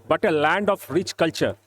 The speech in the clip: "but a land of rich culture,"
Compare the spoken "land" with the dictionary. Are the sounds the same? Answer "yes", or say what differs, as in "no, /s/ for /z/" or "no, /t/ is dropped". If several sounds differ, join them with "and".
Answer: yes